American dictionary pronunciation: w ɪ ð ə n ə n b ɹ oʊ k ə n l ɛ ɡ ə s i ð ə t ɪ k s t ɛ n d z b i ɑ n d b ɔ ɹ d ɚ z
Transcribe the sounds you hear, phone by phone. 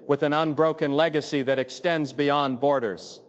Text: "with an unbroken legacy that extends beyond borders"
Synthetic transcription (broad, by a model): w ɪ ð ə n ə n b ɹ oʊ k ə n l ɛ ɡ ə s i ð ə t ɪ k s t ɛ n d z b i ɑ n b ɔ ɹ d ɚ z